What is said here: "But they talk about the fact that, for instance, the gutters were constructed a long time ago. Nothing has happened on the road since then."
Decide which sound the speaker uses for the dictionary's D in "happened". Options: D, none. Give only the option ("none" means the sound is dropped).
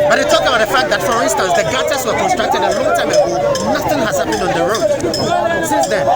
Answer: none